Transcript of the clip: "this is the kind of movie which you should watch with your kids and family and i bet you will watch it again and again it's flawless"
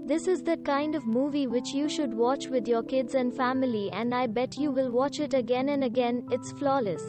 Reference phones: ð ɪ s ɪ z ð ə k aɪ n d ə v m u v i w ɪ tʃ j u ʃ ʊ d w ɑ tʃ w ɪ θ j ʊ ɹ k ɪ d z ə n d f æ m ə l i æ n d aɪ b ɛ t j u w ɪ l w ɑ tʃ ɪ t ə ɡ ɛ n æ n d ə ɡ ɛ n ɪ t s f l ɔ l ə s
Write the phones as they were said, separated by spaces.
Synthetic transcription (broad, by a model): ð ɪ s ɪ z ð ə k aɪ n d ə v m u v i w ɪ tʃ j u ʃ ʊ d w ɑ tʃ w ɪ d j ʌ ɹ k ɪ d z ə n d f æ m ə l i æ n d aɪ b ɛ t j u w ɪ l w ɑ tʃ ɪ t ə ɡ ɛ n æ n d ə ɡ ɛ n ɪ t s f l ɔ l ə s